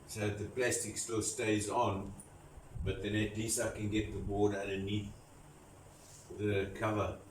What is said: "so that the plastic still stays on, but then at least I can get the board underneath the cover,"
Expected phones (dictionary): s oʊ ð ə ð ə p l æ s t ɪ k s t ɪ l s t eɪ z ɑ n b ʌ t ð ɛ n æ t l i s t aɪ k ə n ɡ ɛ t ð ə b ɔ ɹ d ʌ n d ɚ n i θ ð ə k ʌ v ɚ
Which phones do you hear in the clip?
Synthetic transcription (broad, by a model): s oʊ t ð ə p l æ s t ɪ k s t ɪ l s t eɪ z ɑ n b ʌ t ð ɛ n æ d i s aɪ k ə n ɡ ɛ t ð ə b ɔ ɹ d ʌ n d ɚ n i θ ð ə k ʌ v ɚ